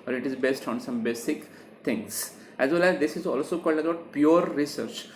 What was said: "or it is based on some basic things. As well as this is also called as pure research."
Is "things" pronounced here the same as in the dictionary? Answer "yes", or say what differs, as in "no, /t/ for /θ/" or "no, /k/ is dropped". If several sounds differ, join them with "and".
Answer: no, /t/ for /θ/